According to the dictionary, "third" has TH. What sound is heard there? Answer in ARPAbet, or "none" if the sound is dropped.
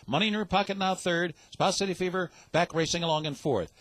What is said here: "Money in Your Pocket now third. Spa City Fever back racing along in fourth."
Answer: TH